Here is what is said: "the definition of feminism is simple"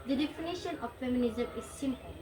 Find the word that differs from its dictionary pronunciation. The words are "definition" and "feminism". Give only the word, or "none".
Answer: none